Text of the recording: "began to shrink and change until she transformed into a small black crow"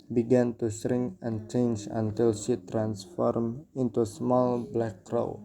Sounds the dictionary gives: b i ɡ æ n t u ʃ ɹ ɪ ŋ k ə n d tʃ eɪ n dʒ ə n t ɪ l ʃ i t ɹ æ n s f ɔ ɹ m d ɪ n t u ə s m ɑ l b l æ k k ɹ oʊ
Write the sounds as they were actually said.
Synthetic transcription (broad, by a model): b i ɡ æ n t u s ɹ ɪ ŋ ə n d tʃ eɪ n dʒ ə n t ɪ l ʃ i t ɹ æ n s f ɔ ɹ m ɪ n t u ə s m ɑ l b l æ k k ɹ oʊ